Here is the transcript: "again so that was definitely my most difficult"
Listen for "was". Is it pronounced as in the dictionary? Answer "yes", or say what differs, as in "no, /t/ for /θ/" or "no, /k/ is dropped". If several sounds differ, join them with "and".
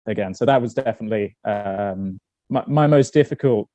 yes